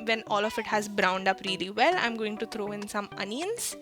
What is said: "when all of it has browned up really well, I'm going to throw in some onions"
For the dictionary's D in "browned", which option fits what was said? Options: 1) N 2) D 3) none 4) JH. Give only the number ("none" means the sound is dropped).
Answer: 2